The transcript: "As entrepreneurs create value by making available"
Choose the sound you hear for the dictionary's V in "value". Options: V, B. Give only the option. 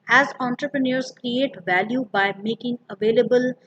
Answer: V